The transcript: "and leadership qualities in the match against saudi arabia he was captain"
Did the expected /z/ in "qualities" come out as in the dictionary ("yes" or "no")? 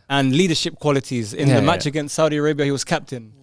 yes